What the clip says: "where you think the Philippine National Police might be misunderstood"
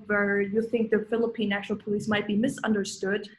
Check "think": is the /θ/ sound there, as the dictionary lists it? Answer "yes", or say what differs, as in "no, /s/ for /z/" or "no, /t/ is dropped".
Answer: yes